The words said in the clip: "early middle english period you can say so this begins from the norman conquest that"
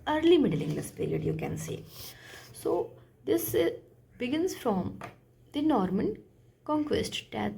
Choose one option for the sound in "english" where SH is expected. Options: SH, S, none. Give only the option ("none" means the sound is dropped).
S